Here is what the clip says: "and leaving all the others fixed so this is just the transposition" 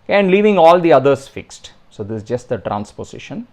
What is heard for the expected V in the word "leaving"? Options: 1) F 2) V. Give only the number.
2